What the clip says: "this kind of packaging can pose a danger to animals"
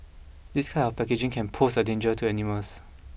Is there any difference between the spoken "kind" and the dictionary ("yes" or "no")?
yes